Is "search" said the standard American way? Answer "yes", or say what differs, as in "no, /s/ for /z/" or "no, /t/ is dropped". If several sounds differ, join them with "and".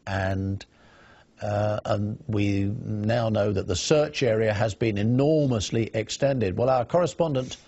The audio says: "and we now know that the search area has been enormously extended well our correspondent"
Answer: yes